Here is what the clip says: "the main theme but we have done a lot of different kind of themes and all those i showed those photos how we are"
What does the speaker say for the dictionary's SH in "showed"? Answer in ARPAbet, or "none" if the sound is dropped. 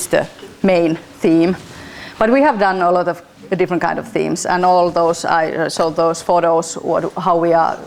S